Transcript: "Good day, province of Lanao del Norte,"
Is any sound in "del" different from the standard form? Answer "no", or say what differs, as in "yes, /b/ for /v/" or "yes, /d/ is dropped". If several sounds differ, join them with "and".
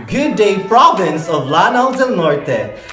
yes, /n/ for /l/